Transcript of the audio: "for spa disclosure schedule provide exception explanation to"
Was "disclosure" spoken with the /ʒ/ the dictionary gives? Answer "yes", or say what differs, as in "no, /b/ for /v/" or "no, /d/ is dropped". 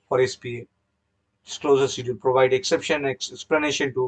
no, /z/ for /ʒ/